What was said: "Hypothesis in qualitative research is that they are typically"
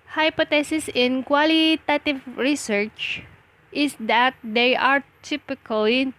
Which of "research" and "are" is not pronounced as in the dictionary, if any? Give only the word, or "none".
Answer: none